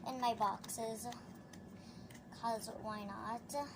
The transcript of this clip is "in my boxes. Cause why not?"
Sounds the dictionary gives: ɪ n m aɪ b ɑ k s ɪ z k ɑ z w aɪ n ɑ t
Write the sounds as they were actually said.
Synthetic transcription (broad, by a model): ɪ n m aɪ b ɑ k s ɪ z k ɑ z w aɪ n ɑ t